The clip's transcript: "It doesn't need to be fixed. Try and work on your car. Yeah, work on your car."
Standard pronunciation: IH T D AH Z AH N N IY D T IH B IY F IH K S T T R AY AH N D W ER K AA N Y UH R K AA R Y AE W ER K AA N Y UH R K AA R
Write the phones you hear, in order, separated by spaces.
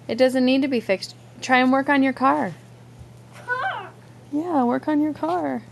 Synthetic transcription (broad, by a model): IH T D AH Z AH N N IY D T IH B IY F IH K S T T R AY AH N W ER K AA N Y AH R K AA R Y AE W ER K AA N Y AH R K AA R